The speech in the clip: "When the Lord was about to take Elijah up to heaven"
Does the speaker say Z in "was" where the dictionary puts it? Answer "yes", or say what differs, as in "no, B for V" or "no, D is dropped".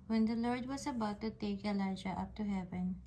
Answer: no, S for Z